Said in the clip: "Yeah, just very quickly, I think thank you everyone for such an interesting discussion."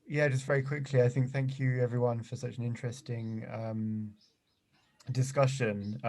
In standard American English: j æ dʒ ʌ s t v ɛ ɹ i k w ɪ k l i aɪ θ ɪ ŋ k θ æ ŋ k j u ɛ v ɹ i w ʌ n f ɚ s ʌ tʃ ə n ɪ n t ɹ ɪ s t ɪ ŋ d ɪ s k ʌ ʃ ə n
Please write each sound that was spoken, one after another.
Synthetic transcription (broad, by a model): j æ dʒ ʌ s t v ɛ ɹ i k w ɪ k l i aɪ θ ɪ ŋ k θ æ ŋ k j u ɛ v ɹ i w ʌ n f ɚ s ʌ tʃ ə n ɪ n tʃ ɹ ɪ s t ɪ ŋ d ɪ s k ʌ ʃ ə n